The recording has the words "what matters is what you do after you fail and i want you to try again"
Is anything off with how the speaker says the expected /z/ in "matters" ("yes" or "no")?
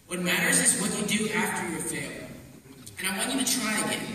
no